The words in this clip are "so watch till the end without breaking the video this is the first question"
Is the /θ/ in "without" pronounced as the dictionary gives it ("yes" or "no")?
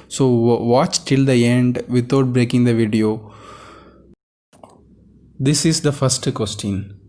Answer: no